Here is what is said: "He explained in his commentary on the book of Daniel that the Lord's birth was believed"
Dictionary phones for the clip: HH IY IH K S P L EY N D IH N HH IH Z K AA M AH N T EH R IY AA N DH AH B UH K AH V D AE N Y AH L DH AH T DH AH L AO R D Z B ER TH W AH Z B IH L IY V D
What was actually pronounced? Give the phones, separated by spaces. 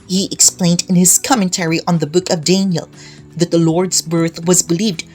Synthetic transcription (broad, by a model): HH IY IH K S P L EY N D IH N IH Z K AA M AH N T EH R IY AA N DH AH B UH K AH V D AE N Y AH L DH AH T DH AH L AO R D Z B ER TH W AH Z B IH L IY V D